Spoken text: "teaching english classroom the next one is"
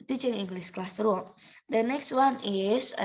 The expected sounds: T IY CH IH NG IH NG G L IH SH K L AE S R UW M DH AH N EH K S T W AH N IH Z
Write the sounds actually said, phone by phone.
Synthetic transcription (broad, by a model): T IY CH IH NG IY NG G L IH S K L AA S R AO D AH N EH K S T W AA N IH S